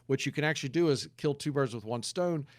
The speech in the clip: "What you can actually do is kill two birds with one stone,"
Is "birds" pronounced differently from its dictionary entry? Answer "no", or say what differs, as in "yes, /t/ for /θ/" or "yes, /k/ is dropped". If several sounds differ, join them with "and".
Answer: no